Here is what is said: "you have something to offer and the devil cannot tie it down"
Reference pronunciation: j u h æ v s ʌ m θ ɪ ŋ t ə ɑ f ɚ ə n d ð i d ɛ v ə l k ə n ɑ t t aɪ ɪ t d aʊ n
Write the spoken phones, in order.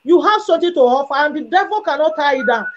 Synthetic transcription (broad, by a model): j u h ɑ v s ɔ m t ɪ t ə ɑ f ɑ ə n d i d ɛ v ə l k ə n ɑ t t aɪ ɪ t d aʊ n